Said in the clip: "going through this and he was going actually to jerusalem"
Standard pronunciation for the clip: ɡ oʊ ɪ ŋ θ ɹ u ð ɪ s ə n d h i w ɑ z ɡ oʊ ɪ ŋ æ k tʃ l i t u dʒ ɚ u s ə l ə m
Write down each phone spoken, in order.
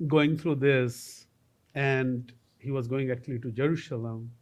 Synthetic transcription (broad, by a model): ɡ oʊ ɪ ŋ t ɹ u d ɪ s ə n d h i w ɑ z ɡ oʊ ɪ ŋ æ k tʃ l i t u dʒ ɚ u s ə l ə m